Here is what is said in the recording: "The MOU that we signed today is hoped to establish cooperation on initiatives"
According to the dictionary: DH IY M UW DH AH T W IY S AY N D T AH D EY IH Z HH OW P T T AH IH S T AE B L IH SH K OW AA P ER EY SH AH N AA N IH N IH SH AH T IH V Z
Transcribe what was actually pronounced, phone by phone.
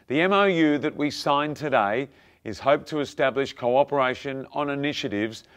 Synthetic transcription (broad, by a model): DH IY M UW DH AH T W IY S AY N T AH D EY IH Z HH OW P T T AH IH S T AE B L IH SH K OW AA P ER EY SH AH N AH N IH N IH SH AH T IH V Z